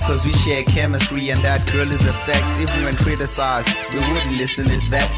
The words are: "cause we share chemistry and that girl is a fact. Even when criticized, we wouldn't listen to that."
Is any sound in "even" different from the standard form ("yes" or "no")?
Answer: yes